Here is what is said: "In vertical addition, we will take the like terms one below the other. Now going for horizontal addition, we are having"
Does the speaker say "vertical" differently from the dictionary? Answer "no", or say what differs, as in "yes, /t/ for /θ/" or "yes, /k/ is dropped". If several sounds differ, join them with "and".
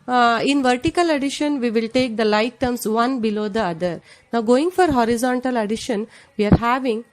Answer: no